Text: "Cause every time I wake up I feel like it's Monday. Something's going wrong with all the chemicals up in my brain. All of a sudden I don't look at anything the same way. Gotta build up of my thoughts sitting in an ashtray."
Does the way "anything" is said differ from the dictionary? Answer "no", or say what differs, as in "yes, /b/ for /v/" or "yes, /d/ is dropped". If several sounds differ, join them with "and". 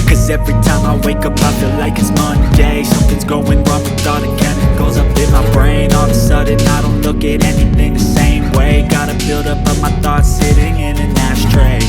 no